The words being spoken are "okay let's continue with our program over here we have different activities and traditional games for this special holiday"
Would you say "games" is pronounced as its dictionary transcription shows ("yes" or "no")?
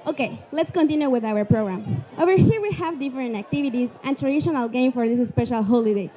no